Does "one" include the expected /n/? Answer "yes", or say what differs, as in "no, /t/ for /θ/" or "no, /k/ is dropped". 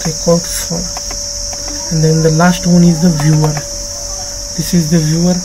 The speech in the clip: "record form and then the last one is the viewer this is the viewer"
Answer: yes